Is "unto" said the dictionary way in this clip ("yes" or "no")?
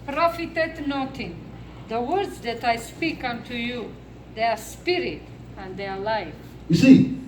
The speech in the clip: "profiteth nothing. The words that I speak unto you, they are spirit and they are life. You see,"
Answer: yes